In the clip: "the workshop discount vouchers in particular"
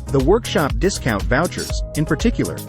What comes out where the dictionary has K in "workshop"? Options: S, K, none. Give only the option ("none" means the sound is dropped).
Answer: K